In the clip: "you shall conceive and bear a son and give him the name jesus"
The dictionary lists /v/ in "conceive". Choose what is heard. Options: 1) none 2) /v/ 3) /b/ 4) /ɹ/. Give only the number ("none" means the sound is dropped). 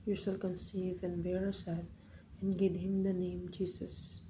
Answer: 2